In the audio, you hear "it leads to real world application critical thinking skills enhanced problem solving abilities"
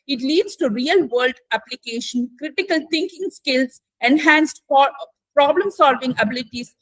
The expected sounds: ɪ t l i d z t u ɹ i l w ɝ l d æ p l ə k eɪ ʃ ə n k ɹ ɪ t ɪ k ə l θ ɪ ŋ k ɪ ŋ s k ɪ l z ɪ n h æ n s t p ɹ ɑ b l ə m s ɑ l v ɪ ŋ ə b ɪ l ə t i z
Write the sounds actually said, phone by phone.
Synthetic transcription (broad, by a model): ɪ t l i d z t u ɹ i l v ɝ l d æ p l ə k eɪ ʃ ə n k ɹ ɪ t ɪ k ə l t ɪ ŋ k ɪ ŋ s k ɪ l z ɪ n h æ n s t p ɹ ɑ b l ə m s ɑ l v ɪ ŋ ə b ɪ l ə t i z